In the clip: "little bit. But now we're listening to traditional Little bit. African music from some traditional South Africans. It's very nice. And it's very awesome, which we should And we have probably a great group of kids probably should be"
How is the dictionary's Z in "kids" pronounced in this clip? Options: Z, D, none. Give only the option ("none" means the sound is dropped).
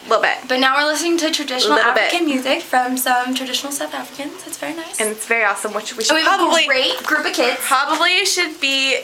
none